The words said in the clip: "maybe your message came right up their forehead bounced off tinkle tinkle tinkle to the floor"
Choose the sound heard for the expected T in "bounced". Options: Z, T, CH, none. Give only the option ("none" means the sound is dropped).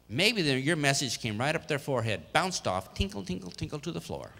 T